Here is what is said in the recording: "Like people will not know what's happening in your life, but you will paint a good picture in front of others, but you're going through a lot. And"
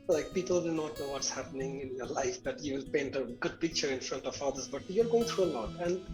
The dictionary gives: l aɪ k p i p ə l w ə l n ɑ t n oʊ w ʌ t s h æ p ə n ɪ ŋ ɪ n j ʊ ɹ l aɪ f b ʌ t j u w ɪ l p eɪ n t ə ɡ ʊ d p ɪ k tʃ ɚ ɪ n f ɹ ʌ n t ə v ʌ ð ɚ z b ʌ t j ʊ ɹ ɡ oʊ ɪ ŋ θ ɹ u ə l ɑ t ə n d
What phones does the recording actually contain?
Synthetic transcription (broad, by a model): l aɪ k p i p ə l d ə n ɑ t n oʊ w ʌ t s h æ p ə n ɪ ŋ ɪ n j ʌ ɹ l aɪ f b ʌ t j u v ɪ l p eɪ n t ə ɡ ʊ d p ɪ k tʃ ɚ ɪ n f ɹ ʌ n t ə v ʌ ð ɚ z b ʌ t j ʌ ɹ ɡ oʊ ɪ ŋ t ɹ u ə l ɑ t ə n d